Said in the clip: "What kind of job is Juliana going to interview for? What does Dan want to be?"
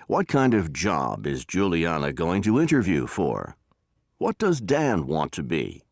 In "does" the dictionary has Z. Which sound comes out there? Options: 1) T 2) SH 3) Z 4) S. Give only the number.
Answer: 3